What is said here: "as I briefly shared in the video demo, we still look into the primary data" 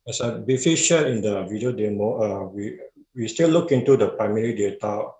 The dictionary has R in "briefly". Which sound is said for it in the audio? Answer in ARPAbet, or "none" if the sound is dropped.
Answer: none